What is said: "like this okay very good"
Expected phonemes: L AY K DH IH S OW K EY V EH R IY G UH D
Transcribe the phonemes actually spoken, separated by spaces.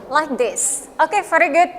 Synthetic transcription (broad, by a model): L AY K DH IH S OW K EY F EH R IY G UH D